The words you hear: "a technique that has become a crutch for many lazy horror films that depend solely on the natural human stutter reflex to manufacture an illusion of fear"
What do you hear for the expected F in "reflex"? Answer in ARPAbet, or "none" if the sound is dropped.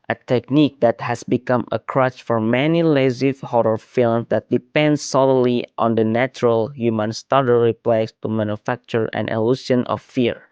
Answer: P